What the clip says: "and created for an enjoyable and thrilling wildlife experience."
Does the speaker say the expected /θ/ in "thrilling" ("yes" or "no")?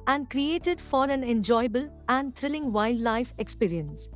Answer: no